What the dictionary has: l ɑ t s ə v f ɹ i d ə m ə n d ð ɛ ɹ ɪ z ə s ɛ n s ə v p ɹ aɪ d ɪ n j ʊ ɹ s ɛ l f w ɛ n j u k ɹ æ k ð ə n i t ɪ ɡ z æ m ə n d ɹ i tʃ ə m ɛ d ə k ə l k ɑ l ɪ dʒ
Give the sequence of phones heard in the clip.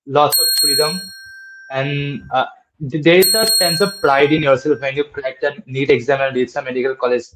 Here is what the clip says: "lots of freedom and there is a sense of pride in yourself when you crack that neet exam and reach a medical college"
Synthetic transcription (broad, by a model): l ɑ s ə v f ɹ i d ə m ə n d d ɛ ɹ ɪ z ə s ɛ n s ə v p ɹ aɪ d ɪ n j ʊ ɹ s ɛ l f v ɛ n j u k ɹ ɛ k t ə n i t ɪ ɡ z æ m ə n d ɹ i s ə m ɛ d ə k ə l k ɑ l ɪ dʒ